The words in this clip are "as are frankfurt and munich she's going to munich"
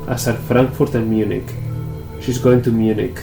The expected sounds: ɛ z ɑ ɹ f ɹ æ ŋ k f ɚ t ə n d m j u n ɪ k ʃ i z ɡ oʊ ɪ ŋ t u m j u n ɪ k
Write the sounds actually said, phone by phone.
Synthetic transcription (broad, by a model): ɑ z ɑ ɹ f ɹ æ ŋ k f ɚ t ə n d m j u n ɪ k ʃ i z ɡ oʊ ɪ ŋ t u m j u n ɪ k